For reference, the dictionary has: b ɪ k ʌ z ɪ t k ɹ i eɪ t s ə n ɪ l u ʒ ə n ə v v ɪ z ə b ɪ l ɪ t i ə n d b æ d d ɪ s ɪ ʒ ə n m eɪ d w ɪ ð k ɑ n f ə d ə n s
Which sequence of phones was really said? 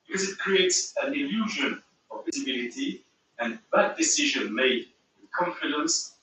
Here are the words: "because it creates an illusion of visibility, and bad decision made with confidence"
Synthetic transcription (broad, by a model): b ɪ k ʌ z ɪ t k ɹ i eɪ t s ə n ɪ l u ʒ ə n ə v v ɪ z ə b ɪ l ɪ t i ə n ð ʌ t d ɪ s ɪ ʒ ə n m eɪ d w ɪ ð k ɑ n f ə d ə n s